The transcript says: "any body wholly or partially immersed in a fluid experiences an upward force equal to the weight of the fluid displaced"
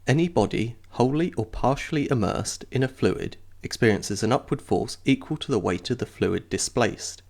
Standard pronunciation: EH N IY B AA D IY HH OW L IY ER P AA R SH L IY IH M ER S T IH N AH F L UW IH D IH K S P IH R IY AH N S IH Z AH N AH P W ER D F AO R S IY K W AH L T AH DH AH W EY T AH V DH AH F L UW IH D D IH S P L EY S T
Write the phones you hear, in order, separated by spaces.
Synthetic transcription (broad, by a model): EH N IY B AA D IY HH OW L IY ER P AA R SH L IY IH M ER S T IH N AH F L UW IH D IH K S P IH R IY AH N S IH Z AH N AH P W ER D F AO R S IY K W AH L T AH DH AH W EY T AH V DH AH F L UW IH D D IH S P L EY S T